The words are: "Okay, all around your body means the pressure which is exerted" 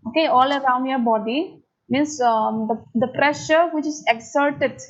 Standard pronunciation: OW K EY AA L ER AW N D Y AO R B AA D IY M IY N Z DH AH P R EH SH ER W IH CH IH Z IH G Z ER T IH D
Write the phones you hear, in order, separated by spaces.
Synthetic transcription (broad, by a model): OW K EY AA L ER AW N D Y AO R B AA D IY M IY N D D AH P R EH SH ER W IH CH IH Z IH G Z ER T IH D